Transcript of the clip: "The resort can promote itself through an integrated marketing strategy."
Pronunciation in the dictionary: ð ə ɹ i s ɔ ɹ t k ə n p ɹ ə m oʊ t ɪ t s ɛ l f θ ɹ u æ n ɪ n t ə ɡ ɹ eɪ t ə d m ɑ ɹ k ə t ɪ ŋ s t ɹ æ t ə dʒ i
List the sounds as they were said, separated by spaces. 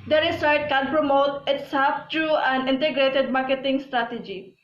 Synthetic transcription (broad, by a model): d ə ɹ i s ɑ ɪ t k ə n p ɹ ə m oʊ t ɪ t s ɛ l f t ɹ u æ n ɪ n t ə ɡ ɹ eɪ t ə d m ɑ ɹ k ə t ɪ ŋ s t ɹ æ t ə dʒ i